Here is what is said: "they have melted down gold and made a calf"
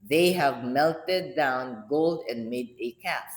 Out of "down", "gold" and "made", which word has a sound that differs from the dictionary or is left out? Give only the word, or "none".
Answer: none